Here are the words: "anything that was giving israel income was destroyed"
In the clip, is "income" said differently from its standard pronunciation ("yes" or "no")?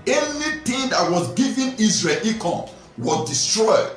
yes